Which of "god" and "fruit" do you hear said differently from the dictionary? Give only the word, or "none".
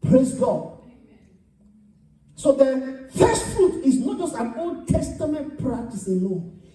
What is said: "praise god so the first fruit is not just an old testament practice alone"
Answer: none